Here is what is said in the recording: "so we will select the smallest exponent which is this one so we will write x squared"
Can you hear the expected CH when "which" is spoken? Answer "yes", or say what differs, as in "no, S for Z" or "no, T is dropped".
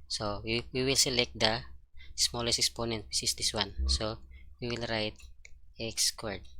no, S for CH